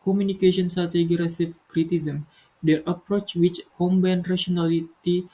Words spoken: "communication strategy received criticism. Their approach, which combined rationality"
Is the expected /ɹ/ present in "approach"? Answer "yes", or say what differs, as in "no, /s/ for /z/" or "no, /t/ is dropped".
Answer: yes